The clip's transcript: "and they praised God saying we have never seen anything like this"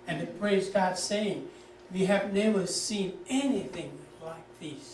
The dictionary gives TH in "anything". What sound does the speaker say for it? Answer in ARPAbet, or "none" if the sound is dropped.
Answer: TH